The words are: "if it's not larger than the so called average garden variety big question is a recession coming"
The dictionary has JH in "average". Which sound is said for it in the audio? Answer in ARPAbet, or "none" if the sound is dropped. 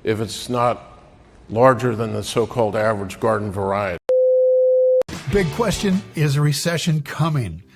JH